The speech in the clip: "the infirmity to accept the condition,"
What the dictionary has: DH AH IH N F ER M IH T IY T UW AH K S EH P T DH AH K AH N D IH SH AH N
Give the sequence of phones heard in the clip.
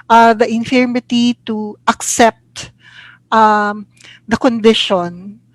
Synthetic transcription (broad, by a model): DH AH IH N F ER M IH T IY T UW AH K S EH P T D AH K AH N D IH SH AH N